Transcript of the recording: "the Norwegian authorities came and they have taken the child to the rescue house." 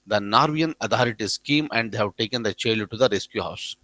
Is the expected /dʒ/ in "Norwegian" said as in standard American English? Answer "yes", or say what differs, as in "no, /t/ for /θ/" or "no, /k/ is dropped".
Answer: no, /dʒ/ is dropped